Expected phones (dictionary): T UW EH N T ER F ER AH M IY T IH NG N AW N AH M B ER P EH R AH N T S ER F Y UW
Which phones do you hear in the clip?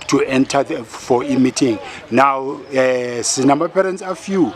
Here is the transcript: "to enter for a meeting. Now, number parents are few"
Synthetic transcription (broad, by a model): T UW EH N T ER F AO AH M IY T IH NG N AW N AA M AA P EH R AH N T S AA F Y UW